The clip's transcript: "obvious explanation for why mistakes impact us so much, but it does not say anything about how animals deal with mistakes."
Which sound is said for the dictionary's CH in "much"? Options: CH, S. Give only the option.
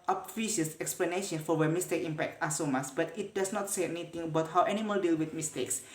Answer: S